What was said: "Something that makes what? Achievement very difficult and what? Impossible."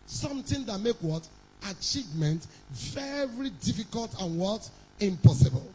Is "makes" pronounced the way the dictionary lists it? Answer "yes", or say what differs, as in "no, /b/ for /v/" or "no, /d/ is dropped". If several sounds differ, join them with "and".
no, /s/ is dropped